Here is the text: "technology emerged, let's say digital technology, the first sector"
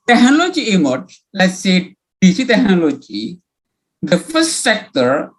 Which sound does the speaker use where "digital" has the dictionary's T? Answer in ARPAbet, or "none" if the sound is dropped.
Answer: S